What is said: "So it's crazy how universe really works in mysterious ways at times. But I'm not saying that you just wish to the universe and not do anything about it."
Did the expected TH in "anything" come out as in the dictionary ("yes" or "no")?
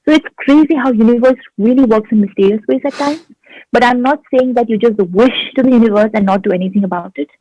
no